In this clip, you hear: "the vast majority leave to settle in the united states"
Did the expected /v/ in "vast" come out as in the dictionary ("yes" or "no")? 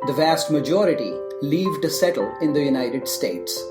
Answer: yes